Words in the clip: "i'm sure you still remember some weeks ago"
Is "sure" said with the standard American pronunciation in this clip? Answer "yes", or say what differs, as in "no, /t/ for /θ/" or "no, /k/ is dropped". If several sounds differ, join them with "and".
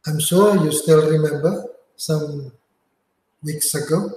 no, /s/ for /ʃ/